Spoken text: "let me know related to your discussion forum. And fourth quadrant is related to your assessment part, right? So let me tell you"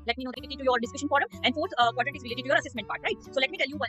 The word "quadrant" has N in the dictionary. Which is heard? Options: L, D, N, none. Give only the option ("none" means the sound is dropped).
none